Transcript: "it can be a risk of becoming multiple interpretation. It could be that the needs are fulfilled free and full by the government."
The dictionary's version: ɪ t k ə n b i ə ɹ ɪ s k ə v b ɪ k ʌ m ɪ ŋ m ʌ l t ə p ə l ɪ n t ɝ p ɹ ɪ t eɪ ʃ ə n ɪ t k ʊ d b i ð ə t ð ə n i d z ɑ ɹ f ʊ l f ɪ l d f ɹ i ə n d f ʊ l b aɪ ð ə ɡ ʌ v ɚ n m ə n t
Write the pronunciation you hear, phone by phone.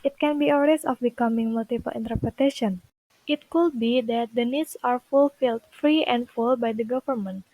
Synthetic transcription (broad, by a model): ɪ t k ə n b i ə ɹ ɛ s ə f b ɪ k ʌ m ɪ ŋ m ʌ l t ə p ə l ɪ n t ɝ p ɹ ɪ t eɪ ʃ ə n ɪ t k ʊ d b i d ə t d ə n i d s ɑ ɹ f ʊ l f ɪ l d f ɹ i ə n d f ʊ l b aɪ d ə ɡ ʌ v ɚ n m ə n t